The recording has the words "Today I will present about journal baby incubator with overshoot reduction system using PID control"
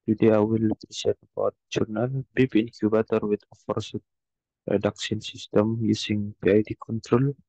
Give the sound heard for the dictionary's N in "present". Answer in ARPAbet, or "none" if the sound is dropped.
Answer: none